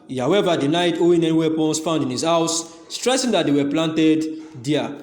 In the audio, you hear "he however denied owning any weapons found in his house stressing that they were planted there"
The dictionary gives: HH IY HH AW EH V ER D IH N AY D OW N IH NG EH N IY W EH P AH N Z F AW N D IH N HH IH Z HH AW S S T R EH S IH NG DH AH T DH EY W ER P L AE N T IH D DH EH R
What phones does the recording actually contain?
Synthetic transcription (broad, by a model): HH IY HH AW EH V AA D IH N AY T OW IH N EH N IY W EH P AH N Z F AW N D IH N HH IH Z HH AW S S T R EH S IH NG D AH T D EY W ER P L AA N T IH D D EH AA